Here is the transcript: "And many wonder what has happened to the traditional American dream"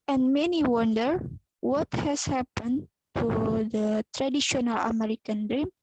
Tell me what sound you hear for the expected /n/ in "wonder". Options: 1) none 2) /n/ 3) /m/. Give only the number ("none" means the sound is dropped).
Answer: 2